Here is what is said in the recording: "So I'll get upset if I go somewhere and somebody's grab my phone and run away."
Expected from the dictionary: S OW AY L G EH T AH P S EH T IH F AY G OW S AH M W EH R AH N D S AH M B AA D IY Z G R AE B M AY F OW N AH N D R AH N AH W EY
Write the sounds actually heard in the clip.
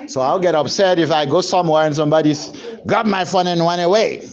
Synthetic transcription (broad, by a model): S OW AY L G EH T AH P S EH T IH F AY G OW S AH M W EH R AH N S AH M B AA D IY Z G AA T M AY F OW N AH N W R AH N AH W EY